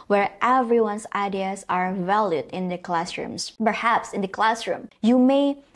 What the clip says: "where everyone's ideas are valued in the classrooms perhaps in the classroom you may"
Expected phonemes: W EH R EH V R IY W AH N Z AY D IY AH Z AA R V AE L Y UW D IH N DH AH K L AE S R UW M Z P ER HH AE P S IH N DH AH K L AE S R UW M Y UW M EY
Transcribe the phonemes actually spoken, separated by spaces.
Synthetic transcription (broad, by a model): W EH R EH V R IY W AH N S AY D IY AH S AA R V AE L Y UW D IH N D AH K L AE S R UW M S P ER HH AE P S IH N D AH K L AE S R UW M Y UW M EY